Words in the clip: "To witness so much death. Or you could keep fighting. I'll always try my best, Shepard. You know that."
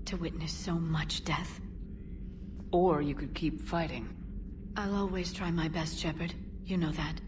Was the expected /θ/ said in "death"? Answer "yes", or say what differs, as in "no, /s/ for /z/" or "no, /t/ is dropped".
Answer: yes